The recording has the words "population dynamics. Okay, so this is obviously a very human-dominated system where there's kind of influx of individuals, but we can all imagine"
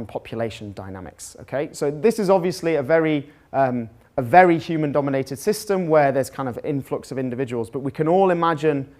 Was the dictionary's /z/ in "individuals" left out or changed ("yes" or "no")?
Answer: no